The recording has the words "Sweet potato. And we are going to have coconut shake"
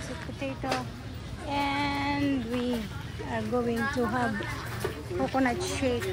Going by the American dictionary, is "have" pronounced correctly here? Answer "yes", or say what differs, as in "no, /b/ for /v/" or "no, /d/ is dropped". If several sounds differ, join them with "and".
no, /b/ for /v/